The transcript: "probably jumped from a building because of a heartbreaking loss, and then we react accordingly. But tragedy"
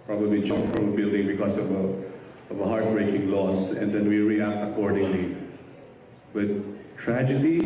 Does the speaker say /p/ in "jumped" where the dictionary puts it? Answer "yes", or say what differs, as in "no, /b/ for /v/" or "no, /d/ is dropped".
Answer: no, /f/ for /p/